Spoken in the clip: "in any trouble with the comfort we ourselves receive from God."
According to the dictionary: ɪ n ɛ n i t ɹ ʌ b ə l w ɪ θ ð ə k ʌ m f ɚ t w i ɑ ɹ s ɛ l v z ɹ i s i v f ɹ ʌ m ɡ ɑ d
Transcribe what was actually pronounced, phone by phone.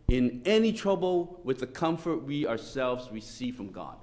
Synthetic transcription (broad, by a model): ɪ n ɛ n i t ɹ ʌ b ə l w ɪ ð ə k ʌ m f ɚ t w i ɑ ɹ s ɛ l v z ɹ i s i v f ɹ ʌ m ɡ ɑ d